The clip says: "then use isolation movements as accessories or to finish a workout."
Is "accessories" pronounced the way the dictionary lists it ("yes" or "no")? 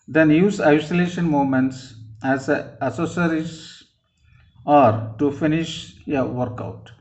no